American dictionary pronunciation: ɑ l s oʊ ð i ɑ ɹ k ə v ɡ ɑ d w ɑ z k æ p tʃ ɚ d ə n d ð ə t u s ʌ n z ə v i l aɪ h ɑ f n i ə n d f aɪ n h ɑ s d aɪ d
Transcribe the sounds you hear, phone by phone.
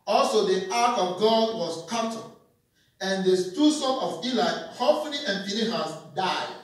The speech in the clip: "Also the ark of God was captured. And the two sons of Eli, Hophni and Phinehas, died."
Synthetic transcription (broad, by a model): ɑ l s oʊ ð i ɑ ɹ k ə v ɡ ɑ d w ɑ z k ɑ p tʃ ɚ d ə n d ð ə t u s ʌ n ə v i l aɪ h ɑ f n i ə n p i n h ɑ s d aɪ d